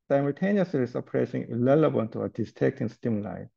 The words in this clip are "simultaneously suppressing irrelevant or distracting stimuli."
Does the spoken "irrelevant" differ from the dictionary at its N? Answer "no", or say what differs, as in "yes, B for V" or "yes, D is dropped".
yes, L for N